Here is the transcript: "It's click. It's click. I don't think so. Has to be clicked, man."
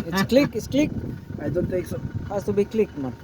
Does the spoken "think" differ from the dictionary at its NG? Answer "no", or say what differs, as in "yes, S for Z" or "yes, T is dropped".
yes, NG is dropped